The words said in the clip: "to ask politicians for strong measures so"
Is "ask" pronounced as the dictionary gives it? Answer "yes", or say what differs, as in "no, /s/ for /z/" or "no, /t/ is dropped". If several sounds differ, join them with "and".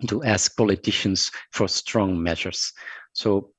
yes